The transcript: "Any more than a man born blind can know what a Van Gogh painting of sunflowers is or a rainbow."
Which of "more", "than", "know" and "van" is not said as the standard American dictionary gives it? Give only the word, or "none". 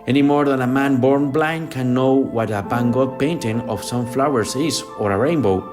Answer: van